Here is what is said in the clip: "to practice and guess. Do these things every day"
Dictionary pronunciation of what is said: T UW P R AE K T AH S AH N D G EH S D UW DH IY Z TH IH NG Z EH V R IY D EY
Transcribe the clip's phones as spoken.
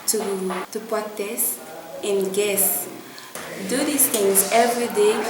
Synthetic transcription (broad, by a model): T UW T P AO T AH S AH N G EH S D UW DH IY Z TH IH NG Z EH V R IY D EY